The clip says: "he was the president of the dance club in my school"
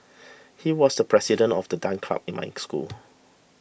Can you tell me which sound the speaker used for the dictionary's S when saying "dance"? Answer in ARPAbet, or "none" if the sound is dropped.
none